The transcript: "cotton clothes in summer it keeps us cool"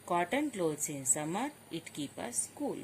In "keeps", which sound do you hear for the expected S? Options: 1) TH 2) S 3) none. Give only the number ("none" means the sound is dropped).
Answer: 3